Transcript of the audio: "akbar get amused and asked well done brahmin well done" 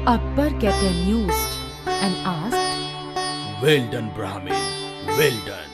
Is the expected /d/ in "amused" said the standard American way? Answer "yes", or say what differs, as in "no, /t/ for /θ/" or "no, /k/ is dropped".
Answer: no, /d/ is dropped